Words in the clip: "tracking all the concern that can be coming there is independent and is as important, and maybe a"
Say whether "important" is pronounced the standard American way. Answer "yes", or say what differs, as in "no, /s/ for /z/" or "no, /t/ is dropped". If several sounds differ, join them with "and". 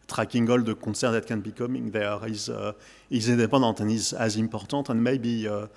no, /n/ is dropped